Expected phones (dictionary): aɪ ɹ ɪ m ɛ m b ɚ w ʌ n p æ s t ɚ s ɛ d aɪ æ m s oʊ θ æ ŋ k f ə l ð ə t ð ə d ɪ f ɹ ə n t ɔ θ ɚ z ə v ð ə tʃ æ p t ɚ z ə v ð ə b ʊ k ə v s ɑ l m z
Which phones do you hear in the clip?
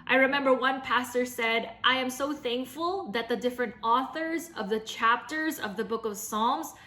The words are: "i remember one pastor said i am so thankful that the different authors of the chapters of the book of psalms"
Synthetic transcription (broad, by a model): aɪ ɹ ɪ m ɛ m b ɚ w ʌ n p æ s t ɚ s ɛ d aɪ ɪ m s oʊ θ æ ŋ k f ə l ð ə t ð ə d ɪ f ɹ ə n t ɔ θ ɚ z ə v ð ə tʃ æ p t ɚ z ə v ð ə b ʊ k ə v s ɑ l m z